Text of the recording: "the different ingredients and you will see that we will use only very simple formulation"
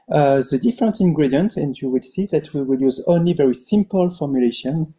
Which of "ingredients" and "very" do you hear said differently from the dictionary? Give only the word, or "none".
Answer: ingredients